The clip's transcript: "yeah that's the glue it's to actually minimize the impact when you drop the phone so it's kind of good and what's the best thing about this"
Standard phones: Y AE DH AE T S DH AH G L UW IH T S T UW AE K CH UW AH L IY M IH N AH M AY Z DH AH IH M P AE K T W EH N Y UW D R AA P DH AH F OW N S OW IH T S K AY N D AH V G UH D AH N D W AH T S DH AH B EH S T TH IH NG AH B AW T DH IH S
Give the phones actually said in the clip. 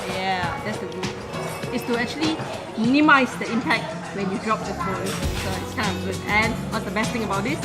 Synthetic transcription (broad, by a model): Y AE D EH T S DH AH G UW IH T S T UW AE K CH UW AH L IY M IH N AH M AY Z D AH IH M P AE K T W EH N Y UW D R AA P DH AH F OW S S OW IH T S K AY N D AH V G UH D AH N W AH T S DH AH B EH S T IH NG AH B AW T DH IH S